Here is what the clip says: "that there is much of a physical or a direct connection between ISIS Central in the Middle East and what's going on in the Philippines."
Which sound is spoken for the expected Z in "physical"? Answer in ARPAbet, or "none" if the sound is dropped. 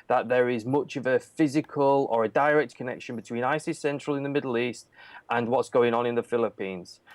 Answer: Z